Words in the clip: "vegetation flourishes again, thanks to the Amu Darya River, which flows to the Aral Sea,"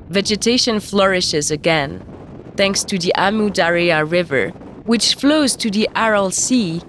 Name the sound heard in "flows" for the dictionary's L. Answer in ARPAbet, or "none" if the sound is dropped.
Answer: L